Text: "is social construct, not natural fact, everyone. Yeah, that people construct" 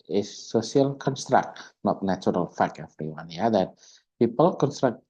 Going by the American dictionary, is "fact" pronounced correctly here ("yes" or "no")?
no